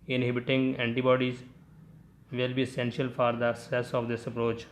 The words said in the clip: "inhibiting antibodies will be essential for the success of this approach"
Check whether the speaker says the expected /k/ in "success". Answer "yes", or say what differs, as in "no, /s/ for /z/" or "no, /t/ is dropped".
no, /k/ is dropped